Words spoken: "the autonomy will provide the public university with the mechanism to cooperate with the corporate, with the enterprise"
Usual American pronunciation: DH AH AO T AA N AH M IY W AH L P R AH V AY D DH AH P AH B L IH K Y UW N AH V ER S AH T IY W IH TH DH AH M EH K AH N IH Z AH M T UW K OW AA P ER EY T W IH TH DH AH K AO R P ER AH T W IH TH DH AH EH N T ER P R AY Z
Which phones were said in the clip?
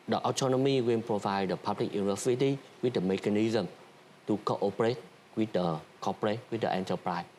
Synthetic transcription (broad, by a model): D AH AO T AA N AH M IY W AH N P R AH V AY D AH P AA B L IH K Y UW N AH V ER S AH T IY W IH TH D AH M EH K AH N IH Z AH M T UW K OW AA P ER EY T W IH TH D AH K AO P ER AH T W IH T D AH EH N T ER P R AY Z